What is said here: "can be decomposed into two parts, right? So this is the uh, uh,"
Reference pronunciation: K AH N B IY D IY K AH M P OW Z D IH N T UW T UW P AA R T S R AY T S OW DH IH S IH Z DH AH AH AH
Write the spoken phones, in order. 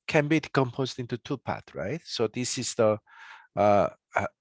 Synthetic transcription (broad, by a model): K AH N B IY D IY K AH M P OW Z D IH N T UW T UW P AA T R AY T S OW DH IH S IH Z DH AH AH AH